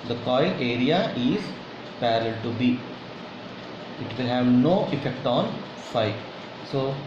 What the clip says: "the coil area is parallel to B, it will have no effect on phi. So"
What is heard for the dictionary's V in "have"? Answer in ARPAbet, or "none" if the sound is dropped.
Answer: V